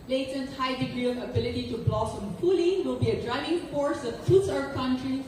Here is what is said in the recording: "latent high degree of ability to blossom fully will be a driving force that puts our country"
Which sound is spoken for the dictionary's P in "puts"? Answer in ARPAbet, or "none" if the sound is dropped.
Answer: F